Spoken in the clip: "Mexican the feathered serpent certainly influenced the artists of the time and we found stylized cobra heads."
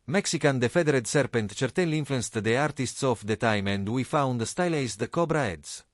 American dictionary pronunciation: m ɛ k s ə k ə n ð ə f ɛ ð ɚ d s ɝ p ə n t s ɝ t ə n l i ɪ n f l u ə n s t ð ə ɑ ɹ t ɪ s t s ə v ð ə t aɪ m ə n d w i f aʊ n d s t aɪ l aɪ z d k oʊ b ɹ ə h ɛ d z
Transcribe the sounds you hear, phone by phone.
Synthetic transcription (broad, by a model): m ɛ k s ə k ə n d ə f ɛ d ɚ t s ɝ p ə n t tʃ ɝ t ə l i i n f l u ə n s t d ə ɑ ɹ t ɪ s t s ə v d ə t aɪ m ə n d w i f aʊ n d s t aɪ l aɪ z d k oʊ b ɹ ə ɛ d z